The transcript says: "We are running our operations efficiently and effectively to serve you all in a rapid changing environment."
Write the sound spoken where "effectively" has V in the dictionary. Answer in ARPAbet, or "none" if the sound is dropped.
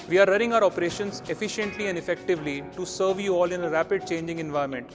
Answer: V